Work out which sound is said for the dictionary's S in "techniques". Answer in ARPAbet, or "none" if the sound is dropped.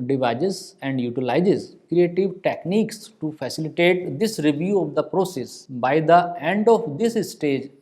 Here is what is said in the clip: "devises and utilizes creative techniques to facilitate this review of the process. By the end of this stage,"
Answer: S